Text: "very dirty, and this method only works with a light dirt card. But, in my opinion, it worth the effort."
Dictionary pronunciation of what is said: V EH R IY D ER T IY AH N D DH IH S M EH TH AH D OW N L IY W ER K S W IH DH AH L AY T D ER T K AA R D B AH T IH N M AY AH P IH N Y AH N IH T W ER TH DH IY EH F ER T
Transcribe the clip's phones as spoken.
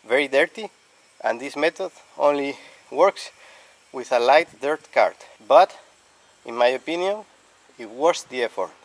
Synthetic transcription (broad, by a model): V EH R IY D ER T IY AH N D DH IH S M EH T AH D OW N L IY W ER K S W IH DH AH L AY T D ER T K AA R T B AH T IH N M AY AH P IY N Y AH N IH T W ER S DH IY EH F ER T